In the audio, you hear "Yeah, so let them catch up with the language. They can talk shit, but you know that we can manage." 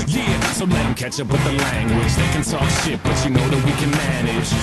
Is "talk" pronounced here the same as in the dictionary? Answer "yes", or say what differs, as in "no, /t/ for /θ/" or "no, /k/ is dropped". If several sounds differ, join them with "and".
no, /s/ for /t/